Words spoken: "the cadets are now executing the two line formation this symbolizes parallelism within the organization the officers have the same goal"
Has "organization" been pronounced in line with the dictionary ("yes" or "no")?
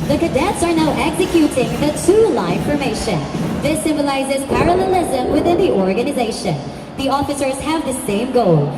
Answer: yes